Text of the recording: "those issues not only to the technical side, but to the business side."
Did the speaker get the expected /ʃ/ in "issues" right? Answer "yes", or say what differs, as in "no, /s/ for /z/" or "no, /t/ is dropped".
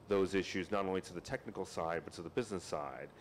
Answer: yes